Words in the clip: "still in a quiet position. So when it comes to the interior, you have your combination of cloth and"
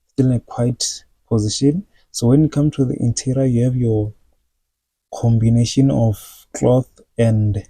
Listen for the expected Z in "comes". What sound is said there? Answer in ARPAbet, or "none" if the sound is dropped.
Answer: none